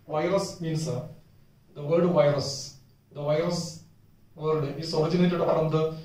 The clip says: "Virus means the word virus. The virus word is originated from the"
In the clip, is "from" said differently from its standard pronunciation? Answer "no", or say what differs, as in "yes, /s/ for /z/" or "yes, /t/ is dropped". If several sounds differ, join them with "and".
yes, /p/ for /f/